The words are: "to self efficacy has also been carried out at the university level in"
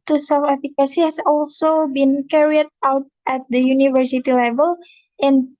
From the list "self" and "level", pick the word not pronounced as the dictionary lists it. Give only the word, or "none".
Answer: self